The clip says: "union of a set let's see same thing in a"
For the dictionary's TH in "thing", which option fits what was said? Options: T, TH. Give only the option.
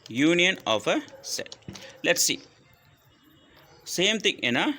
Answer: T